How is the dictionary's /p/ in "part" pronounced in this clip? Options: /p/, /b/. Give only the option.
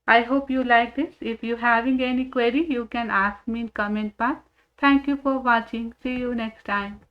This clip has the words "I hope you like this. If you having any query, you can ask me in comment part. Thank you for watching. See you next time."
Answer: /b/